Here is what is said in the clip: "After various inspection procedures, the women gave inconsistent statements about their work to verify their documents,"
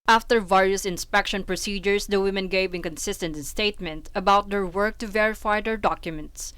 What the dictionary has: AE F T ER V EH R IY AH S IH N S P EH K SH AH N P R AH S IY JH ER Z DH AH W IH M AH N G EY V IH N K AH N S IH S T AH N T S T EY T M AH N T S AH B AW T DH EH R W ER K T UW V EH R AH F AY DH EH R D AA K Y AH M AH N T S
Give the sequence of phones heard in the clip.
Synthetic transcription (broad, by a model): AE F T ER V EH R IY AH S IH N S P EH K SH AH N P R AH S IY JH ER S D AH W IH M AH N G EY V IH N K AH N S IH S T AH N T S T EY T M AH N T AH B AW T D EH R W ER K T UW V EH R AH F AY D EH R D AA K Y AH M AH N T S